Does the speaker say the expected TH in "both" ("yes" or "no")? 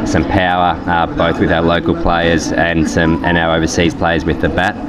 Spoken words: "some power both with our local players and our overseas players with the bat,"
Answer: yes